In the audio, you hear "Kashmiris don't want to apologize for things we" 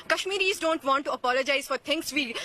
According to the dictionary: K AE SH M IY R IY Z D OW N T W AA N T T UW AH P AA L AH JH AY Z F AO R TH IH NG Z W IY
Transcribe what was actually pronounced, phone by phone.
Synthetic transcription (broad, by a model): K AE SH M IY R IY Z D OW N T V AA N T T UW AH P AA L AH JH AY Z F AO R T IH NG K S IY